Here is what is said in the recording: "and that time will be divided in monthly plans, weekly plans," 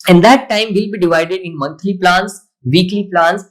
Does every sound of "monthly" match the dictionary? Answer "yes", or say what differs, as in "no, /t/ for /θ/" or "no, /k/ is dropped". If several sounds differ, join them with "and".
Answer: no, /t/ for /θ/